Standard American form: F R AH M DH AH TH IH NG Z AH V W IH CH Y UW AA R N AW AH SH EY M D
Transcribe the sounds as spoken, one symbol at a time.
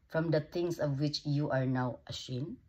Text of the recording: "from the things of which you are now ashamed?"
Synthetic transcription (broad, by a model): F R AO M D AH T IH NG S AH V W IH CH Y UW AA R N AW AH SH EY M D